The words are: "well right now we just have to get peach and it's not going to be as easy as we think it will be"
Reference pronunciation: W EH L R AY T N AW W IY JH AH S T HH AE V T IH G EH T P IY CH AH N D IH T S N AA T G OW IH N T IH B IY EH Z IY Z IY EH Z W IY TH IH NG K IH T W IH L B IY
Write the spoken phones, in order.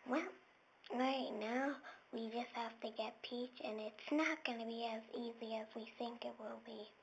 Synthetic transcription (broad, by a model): W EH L R AY T N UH W IY JH AH S T HH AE F T IH G EH T P IY CH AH N IH T S N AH T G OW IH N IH B IY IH Z IY Z IY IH Z W IY TH IH NG K IH T W IH L B IY